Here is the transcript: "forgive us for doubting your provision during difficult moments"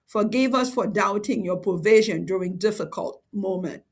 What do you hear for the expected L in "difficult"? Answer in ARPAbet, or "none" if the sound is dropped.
L